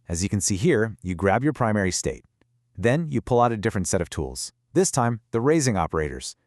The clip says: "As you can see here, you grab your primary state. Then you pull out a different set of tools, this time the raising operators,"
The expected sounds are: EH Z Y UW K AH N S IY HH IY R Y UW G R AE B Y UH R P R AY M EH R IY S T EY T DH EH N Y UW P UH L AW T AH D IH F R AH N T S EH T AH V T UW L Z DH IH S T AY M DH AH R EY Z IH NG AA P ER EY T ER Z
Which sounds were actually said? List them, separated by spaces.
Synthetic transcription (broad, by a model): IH Z Y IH K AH N S IY HH IY R Y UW G R AE B Y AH R P R AY M EH R IY S T EY T DH EH N Y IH P UH L AW T AH D IH F R AH N T S EH T AH V T UW L Z DH IH S T AY M DH AH R EY Z IH NG AA P ER EY T ER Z